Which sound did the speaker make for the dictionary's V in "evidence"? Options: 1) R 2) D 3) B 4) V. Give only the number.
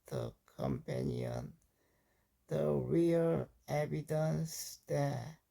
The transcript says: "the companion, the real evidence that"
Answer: 3